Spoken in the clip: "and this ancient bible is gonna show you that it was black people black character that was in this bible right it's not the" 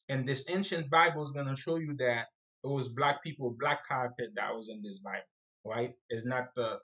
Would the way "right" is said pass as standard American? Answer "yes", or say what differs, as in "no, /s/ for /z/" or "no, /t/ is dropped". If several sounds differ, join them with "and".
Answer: yes